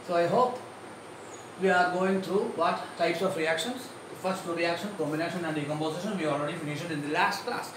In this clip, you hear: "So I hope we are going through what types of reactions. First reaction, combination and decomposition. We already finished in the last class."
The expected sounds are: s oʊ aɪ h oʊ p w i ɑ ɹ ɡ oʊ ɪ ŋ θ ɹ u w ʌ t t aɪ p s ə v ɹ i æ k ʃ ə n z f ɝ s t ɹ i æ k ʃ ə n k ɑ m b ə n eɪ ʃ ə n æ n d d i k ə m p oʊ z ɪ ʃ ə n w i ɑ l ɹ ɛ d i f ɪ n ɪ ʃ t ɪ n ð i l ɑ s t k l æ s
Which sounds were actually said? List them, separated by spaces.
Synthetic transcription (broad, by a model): s oʊ aɪ h oʊ p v i ɑ ɹ ɡ oʊ ɪ ŋ t ɹ u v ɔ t t aɪ p s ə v ɹ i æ k ʃ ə n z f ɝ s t ɹ i æ k ʃ ə n k ɑ m b ə n eɪ ʃ ə n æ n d d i k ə m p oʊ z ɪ ʃ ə n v i ɑ l ɹ ɛ d i f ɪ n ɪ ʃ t ɪ n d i l ɑ s t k l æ s